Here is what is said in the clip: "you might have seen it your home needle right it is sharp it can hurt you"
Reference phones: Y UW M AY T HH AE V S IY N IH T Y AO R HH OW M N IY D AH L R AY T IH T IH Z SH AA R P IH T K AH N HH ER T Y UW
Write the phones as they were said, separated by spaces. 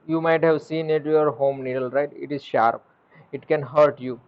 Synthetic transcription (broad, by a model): Y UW M AY T HH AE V S IY N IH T Y AO R HH OW M N IY D AH L R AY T IH T IH Z SH AA R P IH T K AH N HH ER T Y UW